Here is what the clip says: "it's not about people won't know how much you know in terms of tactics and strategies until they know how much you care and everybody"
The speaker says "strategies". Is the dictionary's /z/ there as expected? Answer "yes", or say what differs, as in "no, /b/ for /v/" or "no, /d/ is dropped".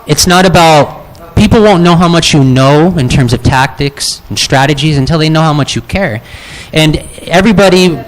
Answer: yes